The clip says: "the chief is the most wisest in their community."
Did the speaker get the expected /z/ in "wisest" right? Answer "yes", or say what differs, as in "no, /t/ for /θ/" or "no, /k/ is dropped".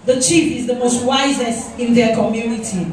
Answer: yes